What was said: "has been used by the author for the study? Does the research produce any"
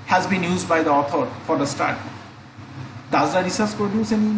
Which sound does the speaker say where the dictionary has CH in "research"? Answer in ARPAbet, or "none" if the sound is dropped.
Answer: S